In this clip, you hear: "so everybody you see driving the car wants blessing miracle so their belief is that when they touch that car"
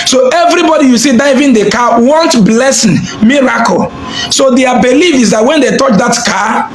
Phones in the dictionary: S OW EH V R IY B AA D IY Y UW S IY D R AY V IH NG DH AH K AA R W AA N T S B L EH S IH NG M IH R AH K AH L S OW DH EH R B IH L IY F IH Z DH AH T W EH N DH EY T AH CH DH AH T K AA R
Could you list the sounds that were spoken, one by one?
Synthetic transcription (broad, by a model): S OW EH V R IY B AA D IY Y UW S IY D AY V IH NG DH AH K AA W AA N T B L EH S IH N M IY R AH K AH L S OW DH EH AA B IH L IY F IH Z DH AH T W EH N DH EY T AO CH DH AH T K AA